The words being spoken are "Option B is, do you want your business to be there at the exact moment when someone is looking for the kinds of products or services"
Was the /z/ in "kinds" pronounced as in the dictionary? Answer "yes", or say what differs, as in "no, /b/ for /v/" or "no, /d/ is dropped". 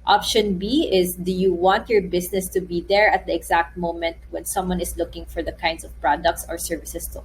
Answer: no, /s/ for /z/